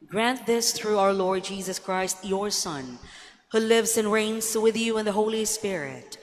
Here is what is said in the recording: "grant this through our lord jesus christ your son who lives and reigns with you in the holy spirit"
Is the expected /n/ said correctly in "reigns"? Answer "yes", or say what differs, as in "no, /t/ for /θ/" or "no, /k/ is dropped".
yes